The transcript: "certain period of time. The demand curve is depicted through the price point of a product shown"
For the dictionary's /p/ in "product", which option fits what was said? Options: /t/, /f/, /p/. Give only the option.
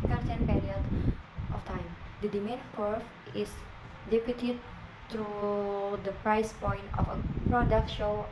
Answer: /p/